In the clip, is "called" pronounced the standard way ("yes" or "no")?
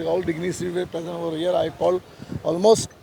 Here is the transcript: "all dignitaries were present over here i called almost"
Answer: no